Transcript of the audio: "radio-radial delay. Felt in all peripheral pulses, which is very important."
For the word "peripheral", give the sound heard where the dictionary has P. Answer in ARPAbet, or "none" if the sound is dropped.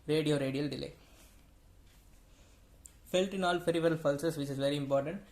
F